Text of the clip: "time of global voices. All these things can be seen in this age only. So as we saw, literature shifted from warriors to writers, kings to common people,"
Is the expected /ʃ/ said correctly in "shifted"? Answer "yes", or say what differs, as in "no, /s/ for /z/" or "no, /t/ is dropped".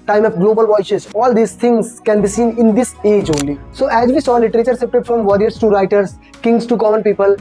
no, /s/ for /ʃ/